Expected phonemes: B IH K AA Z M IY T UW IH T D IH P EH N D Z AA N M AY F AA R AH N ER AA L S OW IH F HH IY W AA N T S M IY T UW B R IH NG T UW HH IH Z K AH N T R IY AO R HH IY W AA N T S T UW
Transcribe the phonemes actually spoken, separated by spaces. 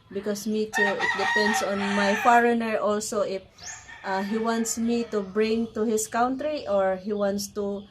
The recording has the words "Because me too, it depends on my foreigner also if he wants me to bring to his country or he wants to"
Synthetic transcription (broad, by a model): B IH K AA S M IY T UW IH T D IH P EH N D S AA N M AY F AA R AH N ER AA L S OW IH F HH IY W AA N T S M IY T UW B R IH NG T UW HH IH S K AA N T R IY AO R HH IY W AA N T S T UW